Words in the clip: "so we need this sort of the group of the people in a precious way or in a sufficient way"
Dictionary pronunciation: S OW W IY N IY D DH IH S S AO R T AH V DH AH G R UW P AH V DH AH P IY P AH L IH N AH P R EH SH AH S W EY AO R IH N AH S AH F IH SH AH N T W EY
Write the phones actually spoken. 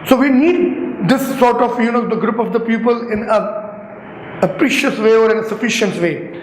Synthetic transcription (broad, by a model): S OW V IY N IY D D IH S S AO R T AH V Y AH G R UW P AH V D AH P IY P AH L IH N AH P R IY SH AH S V EY AO R IH N AH S AH F IH SH AH N T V EY